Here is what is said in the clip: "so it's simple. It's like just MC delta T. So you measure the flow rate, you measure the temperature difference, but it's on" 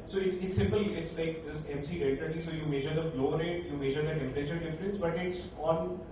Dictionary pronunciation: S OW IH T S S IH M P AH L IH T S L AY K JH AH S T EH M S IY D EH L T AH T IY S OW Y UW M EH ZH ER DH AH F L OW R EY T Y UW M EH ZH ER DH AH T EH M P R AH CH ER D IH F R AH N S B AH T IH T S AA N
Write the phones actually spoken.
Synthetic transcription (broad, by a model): S OW IH T S S IH M P AH L IH T S L AY K JH AH S T EH M S IY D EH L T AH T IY S OW Y UW M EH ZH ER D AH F L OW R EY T Y UW M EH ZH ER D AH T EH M R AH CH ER D IH F R AH N S B AH T IH T S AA N